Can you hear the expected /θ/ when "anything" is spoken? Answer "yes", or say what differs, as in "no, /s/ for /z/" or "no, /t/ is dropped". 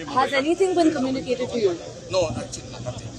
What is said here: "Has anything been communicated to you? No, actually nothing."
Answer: no, /s/ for /θ/